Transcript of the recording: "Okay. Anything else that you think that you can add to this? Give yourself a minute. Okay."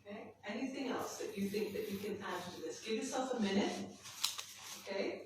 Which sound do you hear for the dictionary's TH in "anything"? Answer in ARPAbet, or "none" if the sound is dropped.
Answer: TH